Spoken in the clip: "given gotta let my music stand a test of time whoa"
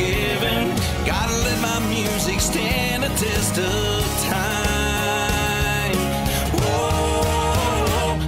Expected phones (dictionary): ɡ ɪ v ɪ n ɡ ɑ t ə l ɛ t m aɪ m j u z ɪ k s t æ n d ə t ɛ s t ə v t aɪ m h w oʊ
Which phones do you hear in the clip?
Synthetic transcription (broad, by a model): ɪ v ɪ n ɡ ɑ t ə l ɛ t m aɪ m j u z ɪ k s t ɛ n ə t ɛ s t ə v t aɪ m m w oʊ